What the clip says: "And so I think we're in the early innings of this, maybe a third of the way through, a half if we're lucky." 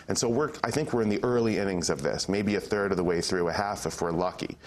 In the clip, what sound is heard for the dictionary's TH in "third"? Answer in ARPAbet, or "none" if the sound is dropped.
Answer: TH